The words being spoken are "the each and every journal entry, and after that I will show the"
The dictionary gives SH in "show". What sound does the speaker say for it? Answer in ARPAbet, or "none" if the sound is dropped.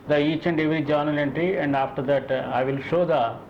SH